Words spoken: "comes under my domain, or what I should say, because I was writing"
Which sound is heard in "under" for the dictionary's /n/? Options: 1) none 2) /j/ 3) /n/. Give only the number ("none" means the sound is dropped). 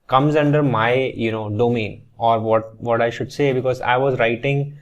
3